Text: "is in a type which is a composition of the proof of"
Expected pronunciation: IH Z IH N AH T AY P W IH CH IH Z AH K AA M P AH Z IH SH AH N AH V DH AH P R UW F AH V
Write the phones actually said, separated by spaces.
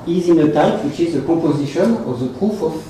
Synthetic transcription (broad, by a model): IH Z IH N AH T AY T W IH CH IH Z AH K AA P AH Z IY SH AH N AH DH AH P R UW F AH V